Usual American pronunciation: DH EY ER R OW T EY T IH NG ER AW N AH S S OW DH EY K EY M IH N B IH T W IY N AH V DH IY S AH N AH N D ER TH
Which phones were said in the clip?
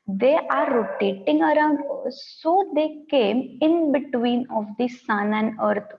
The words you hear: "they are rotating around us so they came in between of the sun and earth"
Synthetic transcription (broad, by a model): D EY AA R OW T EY T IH NG ER AW N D S OW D EY K EY M IH N B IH T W IY N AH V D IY S AH N AH N D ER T